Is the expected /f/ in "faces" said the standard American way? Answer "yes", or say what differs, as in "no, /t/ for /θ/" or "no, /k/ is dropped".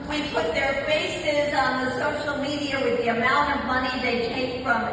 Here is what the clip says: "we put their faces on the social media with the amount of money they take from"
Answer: yes